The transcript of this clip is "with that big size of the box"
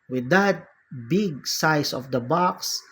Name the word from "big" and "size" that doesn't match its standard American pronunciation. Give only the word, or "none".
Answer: size